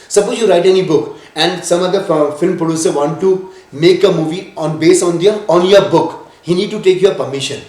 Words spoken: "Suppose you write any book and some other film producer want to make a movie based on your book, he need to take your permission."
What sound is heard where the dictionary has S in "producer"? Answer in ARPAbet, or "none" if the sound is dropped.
S